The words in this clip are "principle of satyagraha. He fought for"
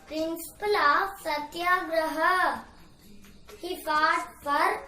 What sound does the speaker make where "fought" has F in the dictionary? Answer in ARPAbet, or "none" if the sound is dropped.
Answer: P